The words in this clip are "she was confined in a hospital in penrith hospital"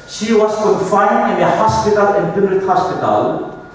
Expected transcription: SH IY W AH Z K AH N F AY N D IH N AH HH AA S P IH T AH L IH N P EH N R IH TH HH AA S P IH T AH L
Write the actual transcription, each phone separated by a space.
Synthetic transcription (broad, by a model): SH IY W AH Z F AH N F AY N IH N AH HH AA S P IH T AH L IH N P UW R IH T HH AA S P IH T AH L